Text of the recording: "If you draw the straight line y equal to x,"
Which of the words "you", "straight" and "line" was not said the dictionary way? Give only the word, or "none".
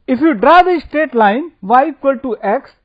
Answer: straight